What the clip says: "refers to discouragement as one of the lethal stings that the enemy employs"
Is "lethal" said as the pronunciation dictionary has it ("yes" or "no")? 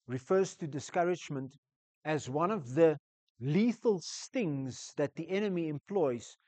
yes